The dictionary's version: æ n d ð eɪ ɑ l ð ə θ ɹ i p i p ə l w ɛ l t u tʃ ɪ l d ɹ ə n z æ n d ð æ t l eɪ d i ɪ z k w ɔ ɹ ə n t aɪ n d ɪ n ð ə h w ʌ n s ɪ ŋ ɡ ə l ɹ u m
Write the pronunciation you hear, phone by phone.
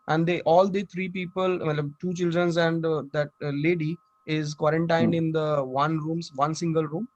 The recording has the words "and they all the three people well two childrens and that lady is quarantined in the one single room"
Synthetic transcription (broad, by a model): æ n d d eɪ ɑ l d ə t ɹ i p i p ə l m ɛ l t u tʃ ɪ l d ɹ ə n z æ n d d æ t l eɪ d i ɪ z k w ɔ ɹ ə n t aɪ n d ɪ n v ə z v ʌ n s ɪ ŋ ɡ ə l ɹ u m